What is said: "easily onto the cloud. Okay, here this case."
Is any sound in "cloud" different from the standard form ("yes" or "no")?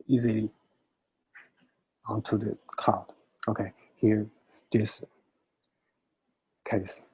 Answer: yes